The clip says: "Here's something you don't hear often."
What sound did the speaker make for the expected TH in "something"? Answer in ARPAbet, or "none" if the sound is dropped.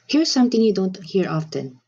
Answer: T